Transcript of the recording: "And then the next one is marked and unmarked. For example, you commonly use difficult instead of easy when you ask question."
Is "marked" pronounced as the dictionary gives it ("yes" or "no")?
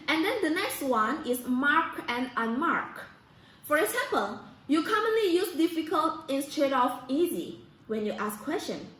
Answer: no